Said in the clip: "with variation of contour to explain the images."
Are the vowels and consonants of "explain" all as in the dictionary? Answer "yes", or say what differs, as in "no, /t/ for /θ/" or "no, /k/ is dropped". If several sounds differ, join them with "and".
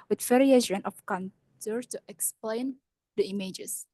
yes